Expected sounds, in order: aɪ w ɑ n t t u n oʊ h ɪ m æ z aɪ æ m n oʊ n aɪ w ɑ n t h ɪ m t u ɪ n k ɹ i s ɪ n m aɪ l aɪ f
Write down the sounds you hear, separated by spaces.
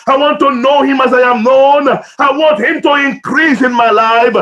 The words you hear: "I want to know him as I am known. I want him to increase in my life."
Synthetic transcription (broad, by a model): aɪ w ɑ n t t u n oʊ h ɪ m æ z aɪ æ m n oʊ n aɪ w ɑ n t h ɪ m t u ɪ n k ɹ i s ɪ n m aɪ l aɪ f